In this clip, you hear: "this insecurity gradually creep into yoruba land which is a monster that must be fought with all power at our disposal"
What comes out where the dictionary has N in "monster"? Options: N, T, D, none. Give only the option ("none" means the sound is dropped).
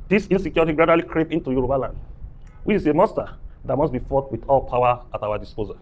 none